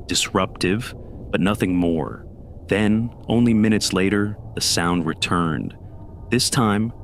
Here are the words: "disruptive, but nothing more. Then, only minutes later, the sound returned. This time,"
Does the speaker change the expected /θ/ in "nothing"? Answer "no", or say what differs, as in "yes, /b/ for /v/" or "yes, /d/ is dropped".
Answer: no